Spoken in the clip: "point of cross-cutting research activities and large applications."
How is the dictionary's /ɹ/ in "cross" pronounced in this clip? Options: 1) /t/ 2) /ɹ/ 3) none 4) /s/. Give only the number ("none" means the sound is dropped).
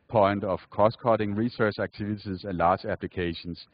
3